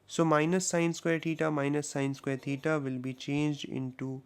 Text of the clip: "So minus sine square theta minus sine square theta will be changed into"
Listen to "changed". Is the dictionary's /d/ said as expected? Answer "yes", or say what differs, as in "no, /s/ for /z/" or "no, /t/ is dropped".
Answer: yes